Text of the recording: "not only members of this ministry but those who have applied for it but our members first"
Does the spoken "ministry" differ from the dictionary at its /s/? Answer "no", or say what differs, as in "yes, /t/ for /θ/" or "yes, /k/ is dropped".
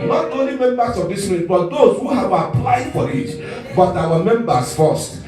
yes, /s/ is dropped